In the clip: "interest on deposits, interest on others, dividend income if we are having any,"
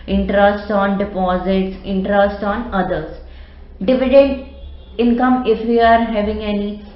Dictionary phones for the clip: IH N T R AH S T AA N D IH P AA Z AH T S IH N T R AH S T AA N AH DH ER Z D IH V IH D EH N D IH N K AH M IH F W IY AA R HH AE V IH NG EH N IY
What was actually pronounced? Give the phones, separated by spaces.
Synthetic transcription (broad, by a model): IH N T R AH S T AA N D IH P AA Z AH T S IH N T R AH S T AA N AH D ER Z D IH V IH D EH N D IH N K AH M IH F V IY AA R HH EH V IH NG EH N IY